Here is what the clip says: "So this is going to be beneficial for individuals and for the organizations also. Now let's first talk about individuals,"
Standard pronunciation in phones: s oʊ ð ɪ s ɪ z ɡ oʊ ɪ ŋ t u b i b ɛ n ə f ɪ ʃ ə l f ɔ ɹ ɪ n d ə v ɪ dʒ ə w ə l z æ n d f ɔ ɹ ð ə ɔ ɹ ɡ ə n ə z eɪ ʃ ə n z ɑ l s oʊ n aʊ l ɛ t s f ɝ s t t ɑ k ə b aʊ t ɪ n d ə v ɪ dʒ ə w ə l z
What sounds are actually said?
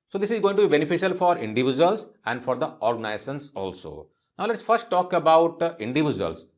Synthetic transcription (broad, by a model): s oʊ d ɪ s ɪ z ɡ oʊ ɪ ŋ t u b i b ɛ n ə f ɪ ʃ ə l f ɔ ɹ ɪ n d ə v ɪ dʒ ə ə l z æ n d f ɔ ɹ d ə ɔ ɹ ɡ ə n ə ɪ s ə n s ɑ l s oʊ n aʊ l ɛ t s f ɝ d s t ɑ k ə b aʊ t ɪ n d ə v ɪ dʒ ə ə l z